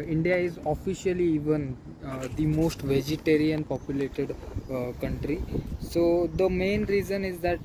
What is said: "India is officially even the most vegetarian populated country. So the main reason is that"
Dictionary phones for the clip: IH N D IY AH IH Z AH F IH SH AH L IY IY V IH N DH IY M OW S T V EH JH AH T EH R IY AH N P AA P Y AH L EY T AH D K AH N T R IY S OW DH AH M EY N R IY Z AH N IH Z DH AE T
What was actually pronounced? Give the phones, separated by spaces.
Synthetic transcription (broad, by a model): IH N D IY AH IH Z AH F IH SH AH L IY IY V IH N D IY M OW S T V EH JH AH T EH R IY AH N P AA P Y AH L EY T AH D K AH N T R IY S OW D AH M EY N R IY Z AH N IH Z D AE T